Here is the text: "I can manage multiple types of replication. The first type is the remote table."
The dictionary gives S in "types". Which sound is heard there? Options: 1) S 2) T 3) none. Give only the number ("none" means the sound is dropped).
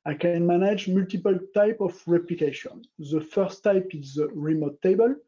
3